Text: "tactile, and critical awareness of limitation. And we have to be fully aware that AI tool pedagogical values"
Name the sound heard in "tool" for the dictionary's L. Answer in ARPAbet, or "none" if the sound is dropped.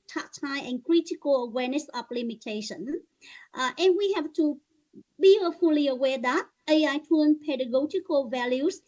N